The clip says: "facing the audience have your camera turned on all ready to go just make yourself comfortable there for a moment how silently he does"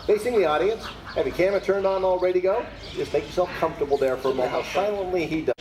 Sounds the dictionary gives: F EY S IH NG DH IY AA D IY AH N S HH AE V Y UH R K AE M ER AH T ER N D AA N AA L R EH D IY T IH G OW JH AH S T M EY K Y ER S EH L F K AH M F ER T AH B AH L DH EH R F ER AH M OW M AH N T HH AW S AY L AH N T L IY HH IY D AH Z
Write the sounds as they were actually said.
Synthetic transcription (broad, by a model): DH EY S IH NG DH IY AA D IY AH N S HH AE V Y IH K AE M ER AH T ER N D N AA L R EH D IY T IH G OW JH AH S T M EY K Y ER S EH L F K AH M F T AH B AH L DH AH R F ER AH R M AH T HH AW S AY L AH N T L IY IY D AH